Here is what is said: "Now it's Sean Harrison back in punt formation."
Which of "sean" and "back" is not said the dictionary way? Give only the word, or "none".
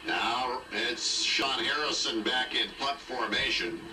none